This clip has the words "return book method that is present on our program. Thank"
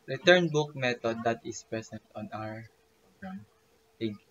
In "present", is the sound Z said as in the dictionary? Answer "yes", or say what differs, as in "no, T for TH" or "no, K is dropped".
no, S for Z